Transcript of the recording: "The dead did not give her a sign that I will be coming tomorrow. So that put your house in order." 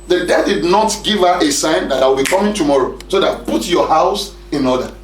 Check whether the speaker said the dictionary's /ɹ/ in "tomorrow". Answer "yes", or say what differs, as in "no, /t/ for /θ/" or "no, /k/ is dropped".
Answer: yes